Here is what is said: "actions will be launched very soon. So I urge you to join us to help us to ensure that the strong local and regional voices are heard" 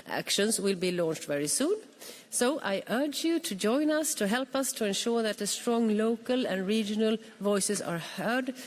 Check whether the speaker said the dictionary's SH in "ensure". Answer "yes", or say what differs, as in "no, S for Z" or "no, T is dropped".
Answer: yes